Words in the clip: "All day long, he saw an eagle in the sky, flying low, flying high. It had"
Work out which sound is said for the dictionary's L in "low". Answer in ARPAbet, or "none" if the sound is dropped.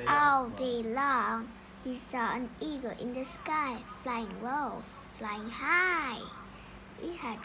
W